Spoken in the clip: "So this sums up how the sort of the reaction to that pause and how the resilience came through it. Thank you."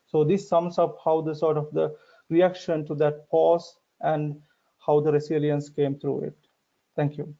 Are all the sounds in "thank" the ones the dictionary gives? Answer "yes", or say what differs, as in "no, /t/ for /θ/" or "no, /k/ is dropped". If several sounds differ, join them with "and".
no, /t/ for /θ/